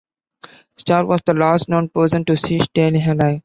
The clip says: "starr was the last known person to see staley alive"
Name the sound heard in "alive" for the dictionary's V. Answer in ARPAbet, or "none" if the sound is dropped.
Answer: none